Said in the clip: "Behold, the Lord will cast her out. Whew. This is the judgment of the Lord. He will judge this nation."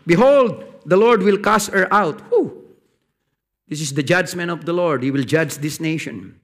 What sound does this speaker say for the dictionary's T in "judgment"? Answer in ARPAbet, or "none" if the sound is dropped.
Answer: none